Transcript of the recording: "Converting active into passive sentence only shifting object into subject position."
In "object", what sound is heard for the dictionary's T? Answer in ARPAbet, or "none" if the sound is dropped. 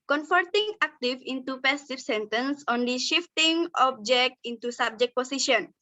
T